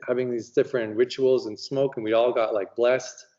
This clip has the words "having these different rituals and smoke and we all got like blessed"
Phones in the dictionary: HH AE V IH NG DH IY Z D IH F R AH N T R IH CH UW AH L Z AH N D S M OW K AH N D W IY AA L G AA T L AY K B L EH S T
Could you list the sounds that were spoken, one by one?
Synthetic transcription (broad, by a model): HH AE V IH NG DH IY Z D IH F R AH N T R IH CH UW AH L Z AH N S M OW K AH N W IY AA L G AA T L AY K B L EH S T